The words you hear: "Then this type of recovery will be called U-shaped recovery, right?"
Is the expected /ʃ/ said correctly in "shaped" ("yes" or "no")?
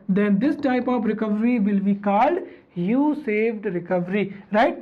no